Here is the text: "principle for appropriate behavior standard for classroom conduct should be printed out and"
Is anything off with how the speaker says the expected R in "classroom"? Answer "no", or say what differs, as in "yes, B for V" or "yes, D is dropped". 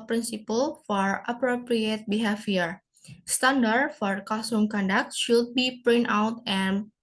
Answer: yes, R is dropped